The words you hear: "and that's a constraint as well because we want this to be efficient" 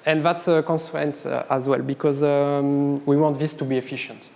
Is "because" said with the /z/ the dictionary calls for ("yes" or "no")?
yes